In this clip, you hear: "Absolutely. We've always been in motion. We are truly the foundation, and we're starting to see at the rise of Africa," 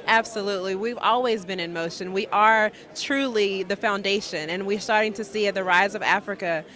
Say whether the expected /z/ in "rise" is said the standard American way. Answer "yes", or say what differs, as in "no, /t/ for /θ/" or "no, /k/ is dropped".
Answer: yes